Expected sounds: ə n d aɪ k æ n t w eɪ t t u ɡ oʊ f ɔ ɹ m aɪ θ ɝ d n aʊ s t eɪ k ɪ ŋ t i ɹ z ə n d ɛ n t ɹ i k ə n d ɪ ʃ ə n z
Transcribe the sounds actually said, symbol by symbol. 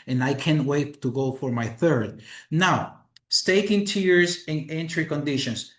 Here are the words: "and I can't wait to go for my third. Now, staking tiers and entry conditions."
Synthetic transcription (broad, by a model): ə n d aɪ k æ n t w eɪ t t u ɡ oʊ f ɔ ɹ m aɪ θ ɝ d n aʊ s t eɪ k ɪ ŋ t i ɹ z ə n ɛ n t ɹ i k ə n d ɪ ʃ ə n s